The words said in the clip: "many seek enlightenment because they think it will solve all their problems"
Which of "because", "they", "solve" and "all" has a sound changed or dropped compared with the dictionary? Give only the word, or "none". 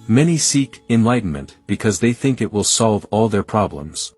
none